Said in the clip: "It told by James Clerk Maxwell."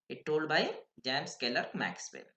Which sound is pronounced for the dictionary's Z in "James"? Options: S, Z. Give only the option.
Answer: S